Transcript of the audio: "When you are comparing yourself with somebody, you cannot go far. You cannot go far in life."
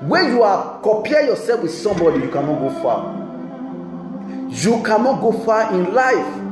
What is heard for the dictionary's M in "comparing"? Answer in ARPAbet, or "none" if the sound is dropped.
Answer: none